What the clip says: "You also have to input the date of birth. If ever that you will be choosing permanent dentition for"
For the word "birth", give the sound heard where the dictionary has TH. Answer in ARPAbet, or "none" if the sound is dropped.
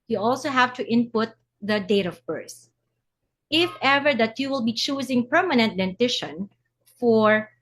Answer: S